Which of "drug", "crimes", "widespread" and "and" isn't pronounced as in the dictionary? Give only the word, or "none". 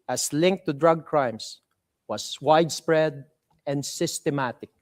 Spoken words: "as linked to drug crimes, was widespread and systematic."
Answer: crimes